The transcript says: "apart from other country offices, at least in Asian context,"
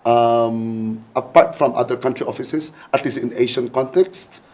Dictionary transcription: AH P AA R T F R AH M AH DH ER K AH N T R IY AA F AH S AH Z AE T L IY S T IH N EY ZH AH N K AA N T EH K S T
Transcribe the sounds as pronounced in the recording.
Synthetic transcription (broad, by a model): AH P AA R T F R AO M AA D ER K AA N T R IY AA F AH S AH S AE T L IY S IH N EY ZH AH N K AA N T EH K S T